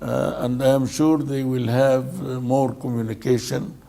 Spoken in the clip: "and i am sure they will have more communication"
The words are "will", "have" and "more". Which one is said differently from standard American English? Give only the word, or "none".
none